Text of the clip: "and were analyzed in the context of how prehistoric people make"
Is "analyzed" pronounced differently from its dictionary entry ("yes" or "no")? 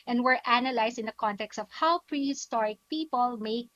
yes